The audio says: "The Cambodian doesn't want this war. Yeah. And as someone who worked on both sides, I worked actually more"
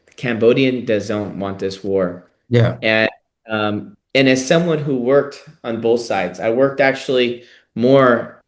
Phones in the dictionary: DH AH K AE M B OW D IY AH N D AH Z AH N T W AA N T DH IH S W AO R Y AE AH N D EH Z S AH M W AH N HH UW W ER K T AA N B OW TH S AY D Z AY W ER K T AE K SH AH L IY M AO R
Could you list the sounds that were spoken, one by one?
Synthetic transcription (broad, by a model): K AE M B OW D IY AH N D AH Z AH N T W AA N DH IH S W AO R Y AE AH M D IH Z S AH M W AH N HH UW W ER K T N B OW TH S AY D Z AY W ER K T AE K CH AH L IY M AO R